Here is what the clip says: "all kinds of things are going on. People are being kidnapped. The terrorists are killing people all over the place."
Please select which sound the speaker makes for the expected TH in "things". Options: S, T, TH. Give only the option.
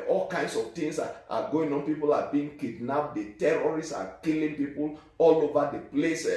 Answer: T